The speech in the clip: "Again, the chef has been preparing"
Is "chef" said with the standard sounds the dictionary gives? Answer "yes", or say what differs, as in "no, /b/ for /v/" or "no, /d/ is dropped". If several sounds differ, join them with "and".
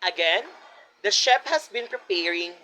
no, /p/ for /f/